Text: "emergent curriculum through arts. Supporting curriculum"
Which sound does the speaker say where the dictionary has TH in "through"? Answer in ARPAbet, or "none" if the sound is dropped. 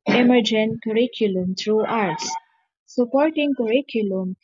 T